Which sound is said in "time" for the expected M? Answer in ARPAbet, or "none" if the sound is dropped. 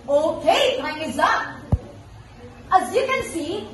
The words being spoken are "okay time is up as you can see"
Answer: none